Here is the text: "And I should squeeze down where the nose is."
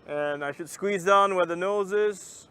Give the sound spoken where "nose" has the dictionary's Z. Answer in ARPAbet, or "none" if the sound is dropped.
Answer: Z